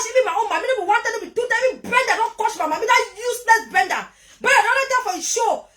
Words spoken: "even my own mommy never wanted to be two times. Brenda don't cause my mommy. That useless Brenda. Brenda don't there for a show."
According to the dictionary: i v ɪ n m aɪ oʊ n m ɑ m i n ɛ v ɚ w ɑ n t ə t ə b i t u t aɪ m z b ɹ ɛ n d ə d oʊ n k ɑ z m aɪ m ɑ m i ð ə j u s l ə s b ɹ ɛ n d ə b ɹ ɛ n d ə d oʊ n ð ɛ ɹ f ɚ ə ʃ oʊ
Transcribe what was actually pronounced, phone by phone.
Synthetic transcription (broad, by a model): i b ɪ m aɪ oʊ m ɑ m i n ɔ b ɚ w ɑ n t ə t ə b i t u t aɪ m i b ɹ ɛ n d ə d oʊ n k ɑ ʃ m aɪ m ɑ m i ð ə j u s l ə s b ɹ ɛ n d ə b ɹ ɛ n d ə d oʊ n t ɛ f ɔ ə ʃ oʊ